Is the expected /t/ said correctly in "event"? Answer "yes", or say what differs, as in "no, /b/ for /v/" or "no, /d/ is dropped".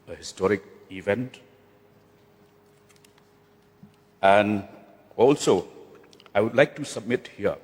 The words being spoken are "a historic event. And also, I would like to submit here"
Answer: yes